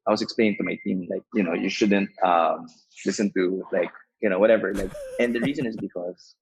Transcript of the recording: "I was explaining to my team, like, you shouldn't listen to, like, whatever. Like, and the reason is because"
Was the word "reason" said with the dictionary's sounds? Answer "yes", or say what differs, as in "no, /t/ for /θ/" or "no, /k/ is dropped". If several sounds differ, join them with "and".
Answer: yes